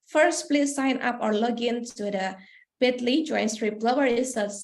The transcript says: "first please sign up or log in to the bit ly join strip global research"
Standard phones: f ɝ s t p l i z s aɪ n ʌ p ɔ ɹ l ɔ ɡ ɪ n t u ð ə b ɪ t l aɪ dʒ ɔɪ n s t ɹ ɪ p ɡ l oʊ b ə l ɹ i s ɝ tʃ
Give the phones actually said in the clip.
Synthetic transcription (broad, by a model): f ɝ s t p l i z s aɪ n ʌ p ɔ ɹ l ɔ ɡ ɪ n s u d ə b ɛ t l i dʒ ɔɪ n s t ɹ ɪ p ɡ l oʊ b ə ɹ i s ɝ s